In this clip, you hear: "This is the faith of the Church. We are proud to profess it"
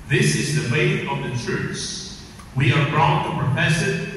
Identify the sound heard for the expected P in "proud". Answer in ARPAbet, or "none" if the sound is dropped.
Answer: B